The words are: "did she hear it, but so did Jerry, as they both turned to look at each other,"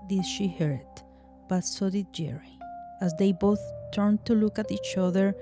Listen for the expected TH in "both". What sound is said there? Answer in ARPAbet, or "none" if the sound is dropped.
TH